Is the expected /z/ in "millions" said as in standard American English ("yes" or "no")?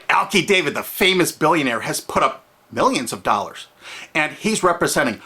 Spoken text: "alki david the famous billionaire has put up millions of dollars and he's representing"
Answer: yes